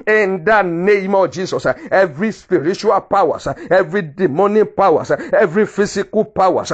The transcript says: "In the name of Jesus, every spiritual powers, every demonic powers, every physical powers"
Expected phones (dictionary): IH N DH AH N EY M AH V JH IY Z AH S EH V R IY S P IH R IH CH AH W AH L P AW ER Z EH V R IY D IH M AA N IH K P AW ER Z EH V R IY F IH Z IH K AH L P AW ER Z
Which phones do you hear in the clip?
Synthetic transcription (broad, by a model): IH N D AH N EY M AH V JH IY S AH S EH V R IY S P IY R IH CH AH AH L P AW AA S EH V R IY D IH M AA N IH P AW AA S EH V R IY F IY S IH K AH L P AW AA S